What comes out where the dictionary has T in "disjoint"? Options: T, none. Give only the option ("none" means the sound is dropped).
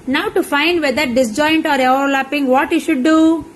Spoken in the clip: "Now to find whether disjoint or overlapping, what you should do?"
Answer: T